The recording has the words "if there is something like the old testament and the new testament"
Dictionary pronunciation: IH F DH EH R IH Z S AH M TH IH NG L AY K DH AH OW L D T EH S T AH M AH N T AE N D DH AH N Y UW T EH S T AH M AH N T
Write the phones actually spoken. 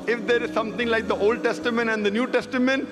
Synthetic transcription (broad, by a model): IH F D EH R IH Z S AH M T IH NG L AY K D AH OW L D T EH S T AH M AH N T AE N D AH N Y UW T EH S T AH M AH N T